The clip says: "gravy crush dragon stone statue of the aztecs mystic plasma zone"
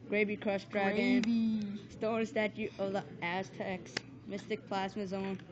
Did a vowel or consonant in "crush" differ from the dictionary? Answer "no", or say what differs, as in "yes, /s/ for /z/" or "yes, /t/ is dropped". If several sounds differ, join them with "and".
yes, /s/ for /ʃ/